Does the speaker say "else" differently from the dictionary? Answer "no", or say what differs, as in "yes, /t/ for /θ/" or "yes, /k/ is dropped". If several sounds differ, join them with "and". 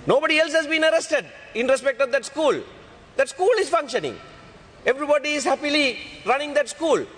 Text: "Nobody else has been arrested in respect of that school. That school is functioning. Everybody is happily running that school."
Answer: no